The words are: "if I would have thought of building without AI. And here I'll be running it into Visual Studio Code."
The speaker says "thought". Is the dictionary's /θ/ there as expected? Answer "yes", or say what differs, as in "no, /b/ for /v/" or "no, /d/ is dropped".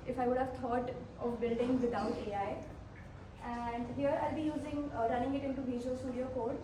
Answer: no, /t/ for /θ/